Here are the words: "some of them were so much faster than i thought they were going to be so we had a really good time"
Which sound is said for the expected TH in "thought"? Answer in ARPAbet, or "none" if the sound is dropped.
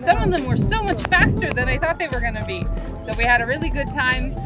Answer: TH